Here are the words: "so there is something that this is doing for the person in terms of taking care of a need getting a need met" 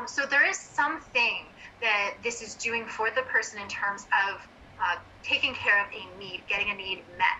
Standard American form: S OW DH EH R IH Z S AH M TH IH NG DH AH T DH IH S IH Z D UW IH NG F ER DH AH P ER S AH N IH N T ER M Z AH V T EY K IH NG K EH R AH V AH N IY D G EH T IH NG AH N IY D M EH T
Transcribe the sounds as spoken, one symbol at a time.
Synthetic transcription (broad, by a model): S OW DH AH R IH Z S AH M TH IH NG DH AH T DH IH S IH Z D UW IH NG F ER DH AH P ER S AH N IH N T ER M Z AH V T EY K IH NG K EH R AH V AH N IY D G EH T IH NG AH N IY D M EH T